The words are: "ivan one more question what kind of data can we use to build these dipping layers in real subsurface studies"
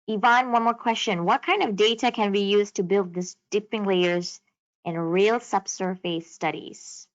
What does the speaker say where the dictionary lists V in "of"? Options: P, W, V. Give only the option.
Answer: V